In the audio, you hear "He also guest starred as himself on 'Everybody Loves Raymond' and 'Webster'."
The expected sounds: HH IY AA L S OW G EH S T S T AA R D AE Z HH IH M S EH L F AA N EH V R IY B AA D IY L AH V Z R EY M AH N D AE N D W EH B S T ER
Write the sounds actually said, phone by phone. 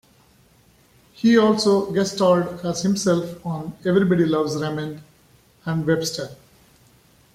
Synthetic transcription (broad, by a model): HH IY AA L S OW G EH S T S T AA L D AE Z HH IH M S EH L F AA N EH V R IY B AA D IY L AH V Z R EY M AH N D AE N D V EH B S T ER